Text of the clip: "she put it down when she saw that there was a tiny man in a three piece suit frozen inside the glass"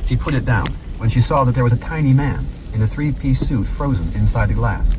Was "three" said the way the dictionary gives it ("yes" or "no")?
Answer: yes